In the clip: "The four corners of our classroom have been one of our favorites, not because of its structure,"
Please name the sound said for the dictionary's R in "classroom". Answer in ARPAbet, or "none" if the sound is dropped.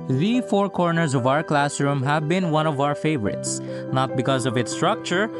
R